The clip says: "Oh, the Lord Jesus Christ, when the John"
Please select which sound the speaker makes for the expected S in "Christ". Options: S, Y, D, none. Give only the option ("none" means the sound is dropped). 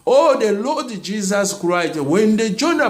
none